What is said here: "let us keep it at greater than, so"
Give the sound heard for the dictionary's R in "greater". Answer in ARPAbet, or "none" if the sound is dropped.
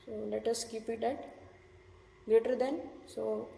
none